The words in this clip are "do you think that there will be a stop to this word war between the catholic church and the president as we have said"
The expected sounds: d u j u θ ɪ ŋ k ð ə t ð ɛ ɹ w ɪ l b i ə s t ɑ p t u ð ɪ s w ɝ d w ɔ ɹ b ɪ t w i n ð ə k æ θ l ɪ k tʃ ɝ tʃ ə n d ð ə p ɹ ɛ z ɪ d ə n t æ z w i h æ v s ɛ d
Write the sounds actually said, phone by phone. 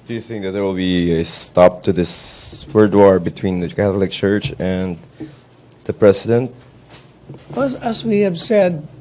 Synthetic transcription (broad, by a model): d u j u θ ɪ ŋ k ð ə t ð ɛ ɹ w ɪ l b i ə s t ɑ p t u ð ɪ s w ɝ d w ɔ ɹ b ɪ t w i n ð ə k æ θ l ɪ k tʃ ɝ tʃ ə n d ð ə p ɹ ɛ s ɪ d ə n t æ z w i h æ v s ɛ d